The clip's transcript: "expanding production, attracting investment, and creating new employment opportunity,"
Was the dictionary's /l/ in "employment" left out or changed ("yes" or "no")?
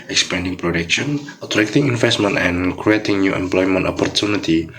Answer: no